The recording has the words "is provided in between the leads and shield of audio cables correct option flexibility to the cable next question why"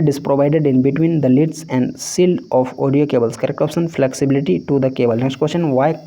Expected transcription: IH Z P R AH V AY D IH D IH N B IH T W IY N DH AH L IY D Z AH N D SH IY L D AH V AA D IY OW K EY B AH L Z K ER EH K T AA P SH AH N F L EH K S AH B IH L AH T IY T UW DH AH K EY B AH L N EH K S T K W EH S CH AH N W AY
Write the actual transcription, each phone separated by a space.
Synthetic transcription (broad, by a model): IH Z P R AH V AY D IH D IH N B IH T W IY N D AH L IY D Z AH N D S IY L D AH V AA D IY OW K EY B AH L S K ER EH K AA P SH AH N F L EH K S AH B IH L AH T IY T UW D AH K EY B AH L N EH K S T K W EH S CH AH N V AY